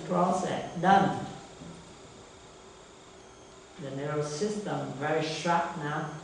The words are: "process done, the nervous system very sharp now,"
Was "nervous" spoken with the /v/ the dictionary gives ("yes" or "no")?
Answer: no